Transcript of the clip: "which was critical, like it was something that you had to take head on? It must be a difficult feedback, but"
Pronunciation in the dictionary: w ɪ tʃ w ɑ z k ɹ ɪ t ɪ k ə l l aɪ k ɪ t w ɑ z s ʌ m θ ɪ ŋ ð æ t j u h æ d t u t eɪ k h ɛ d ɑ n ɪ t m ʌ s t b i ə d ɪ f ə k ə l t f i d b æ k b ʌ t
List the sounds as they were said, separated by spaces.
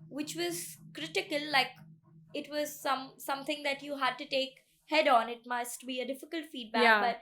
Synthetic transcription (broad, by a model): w ɪ tʃ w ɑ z k ɹ ɪ t ɪ k ə l l aɪ k ɪ t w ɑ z s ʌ m s ɪ ŋ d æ t j u h æ d t u t eɪ k h ɛ d ɑ n ɪ t m ʌ s t b i ə d ɪ f ə k ə l t f i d b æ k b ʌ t